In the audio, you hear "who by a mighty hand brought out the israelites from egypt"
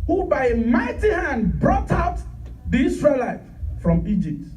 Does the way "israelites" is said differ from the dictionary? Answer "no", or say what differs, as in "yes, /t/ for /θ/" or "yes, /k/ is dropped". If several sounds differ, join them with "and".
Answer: yes, /s/ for /z/ and /s/ is dropped